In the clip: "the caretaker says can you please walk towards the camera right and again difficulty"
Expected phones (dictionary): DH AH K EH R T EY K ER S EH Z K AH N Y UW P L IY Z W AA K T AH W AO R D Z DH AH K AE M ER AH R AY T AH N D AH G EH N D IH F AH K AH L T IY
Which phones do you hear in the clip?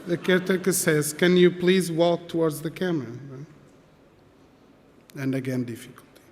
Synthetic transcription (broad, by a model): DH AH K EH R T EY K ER S EH Z K AH N Y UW P L IY Z W AA K T AH W AO R D Z DH AH K AE M ER AH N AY AH N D AH G EH N D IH F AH K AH L T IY